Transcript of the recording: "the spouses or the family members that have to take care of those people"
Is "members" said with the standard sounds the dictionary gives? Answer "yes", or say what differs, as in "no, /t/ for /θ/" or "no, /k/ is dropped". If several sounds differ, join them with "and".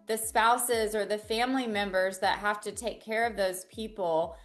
yes